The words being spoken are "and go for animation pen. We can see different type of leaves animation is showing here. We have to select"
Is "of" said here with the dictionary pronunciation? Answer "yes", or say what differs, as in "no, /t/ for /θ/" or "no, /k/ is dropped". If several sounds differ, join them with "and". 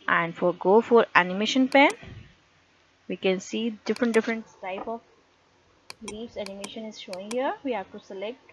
no, /b/ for /v/